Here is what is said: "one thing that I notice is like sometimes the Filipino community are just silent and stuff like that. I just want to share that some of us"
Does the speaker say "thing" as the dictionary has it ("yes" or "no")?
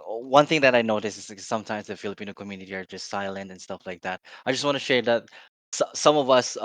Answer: yes